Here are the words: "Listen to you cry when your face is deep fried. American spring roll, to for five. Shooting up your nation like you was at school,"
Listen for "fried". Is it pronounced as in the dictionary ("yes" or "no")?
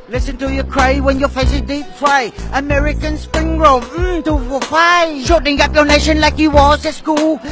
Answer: no